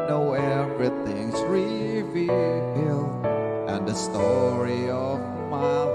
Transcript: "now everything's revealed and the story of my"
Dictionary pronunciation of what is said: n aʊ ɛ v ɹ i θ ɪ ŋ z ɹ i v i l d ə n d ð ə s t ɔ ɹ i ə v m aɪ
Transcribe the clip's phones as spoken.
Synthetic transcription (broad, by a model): n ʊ ɛ v ɹ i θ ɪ ŋ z ɹ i v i l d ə n ð ə s t ɔ ɹ i ə v m aɪ